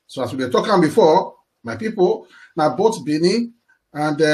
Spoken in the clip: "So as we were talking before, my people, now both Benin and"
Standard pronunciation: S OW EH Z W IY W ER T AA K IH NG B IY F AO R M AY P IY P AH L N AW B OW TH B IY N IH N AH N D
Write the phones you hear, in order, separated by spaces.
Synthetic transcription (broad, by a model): S OW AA S W IY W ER T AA K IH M B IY F AO M AY P IY P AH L N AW B OW T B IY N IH AH N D